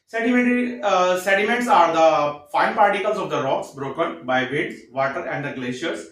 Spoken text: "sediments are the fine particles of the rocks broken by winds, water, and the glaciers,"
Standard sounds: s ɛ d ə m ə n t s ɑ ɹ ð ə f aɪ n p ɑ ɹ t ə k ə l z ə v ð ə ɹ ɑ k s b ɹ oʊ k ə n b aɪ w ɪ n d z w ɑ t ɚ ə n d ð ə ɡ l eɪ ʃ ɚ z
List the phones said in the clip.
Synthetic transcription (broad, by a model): s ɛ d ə m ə n t s ɑ ɹ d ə f aɪ n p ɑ ɹ t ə k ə l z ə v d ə ɹ ɑ k s b ɹ oʊ k ə n b aɪ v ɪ d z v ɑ t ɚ ə n d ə ɡ l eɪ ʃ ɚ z